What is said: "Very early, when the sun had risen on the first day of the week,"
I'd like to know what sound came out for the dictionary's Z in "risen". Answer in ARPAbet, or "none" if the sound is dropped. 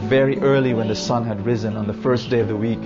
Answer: Z